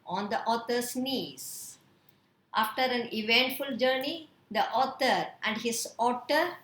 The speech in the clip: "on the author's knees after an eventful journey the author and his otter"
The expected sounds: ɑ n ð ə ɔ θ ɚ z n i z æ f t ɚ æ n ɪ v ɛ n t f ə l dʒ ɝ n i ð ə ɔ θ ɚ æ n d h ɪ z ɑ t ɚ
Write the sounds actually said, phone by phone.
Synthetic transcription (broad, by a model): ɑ n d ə ɔ t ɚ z n i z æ f t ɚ æ n ɪ v ɛ n t f ə l dʒ ɝ n i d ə ɔ t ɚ æ n d h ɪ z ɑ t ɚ